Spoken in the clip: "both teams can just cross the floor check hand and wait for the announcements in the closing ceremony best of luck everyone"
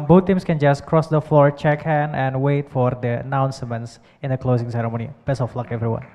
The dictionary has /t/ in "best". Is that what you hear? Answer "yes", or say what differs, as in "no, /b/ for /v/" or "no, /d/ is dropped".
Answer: no, /t/ is dropped